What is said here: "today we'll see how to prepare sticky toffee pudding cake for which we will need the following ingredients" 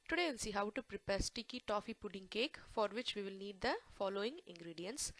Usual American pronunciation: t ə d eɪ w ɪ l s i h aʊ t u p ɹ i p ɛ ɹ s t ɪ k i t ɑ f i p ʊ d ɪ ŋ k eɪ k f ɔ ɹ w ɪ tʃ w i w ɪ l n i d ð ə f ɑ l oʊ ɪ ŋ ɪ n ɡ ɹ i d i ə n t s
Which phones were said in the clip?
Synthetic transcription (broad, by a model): t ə d eɪ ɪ n s i h aʊ t u p ɹ i p ɛ ɹ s t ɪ k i t ɑ f i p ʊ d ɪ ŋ k eɪ k f ɔ ɹ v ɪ tʃ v i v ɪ l n i d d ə f ɑ l oʊ ɪ ŋ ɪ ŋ ɡ ɹ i d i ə n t s